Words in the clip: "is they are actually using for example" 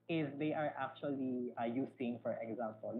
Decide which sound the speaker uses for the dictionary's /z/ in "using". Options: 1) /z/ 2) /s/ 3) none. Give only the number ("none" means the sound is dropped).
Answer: 2